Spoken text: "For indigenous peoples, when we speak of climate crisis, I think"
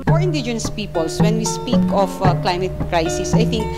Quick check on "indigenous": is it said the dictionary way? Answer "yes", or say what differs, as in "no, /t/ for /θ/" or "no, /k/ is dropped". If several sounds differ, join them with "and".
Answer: yes